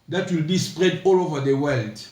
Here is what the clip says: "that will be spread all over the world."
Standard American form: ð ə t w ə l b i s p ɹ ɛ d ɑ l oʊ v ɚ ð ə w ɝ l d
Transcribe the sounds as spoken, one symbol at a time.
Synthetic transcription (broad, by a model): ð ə t w ə l b i s p ɹ ɛ d ɑ l oʊ v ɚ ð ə w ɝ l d